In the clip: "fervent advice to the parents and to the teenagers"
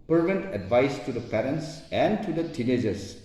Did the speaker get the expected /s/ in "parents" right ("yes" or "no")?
yes